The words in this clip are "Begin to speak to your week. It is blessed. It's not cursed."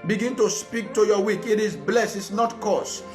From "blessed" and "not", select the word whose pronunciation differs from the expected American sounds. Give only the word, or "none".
blessed